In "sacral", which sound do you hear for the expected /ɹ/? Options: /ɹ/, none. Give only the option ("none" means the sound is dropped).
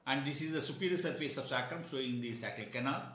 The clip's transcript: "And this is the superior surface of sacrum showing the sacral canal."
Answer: none